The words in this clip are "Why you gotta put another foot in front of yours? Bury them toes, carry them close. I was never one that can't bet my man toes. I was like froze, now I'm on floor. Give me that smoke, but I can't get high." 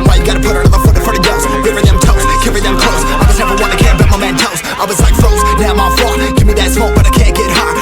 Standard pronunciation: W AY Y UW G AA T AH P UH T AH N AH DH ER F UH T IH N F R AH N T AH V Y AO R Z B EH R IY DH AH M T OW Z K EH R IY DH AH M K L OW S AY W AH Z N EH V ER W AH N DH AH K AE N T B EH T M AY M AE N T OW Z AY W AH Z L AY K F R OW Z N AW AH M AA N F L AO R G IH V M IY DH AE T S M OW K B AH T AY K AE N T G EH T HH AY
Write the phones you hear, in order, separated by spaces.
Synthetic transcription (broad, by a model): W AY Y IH G AA T AH P UH T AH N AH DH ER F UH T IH F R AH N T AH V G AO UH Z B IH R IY DH AH M T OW S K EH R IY DH AH M K L OW S AY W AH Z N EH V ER W AH N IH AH K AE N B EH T M AY M AE N T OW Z AY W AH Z L AY K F OW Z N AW AH M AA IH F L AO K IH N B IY DH AE T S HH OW B AH T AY K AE N G EH T HH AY